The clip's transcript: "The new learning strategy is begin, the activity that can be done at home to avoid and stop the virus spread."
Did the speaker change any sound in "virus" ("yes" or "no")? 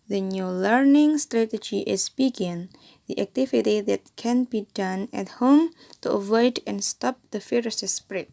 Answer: yes